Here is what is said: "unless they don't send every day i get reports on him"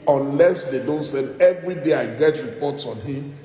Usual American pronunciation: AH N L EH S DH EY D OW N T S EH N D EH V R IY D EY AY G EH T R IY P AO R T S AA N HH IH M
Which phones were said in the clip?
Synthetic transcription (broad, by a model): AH N L EH S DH EY D OW N T S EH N EH V R IY D EY AY G EH T R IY P AO T S AA N HH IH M